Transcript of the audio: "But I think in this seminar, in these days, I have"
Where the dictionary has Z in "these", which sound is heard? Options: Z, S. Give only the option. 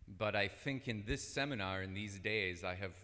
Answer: Z